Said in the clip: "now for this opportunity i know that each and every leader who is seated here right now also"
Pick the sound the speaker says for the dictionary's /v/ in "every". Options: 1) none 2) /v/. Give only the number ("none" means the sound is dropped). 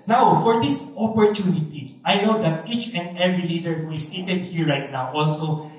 1